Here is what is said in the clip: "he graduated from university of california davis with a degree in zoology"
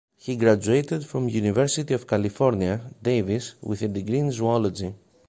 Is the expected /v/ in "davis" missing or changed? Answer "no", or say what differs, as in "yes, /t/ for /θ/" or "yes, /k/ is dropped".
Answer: no